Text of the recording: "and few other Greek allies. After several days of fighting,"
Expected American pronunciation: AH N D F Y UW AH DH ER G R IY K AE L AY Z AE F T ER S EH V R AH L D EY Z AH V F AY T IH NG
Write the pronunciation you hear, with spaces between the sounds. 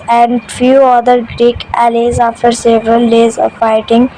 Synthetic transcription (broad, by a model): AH N D F Y UW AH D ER G R IY K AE L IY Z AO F T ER S EH V R AH L D EY Z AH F AY T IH NG